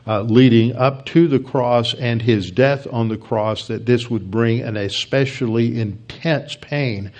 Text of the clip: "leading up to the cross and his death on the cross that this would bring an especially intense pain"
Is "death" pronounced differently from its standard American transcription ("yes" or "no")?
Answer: no